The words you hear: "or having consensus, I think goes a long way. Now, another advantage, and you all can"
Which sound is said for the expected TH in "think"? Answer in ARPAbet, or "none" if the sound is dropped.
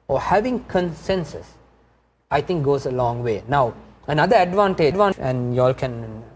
T